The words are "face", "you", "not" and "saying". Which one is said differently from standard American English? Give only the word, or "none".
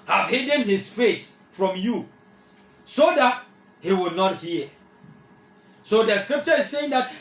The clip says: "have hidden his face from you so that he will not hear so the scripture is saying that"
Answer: none